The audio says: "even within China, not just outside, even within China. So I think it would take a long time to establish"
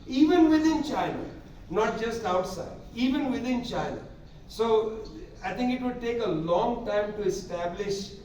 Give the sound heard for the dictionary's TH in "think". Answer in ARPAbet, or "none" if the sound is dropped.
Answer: T